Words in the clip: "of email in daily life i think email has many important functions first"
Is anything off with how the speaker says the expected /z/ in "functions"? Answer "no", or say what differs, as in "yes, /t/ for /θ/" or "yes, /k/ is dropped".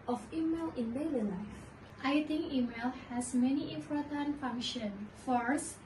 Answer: yes, /z/ is dropped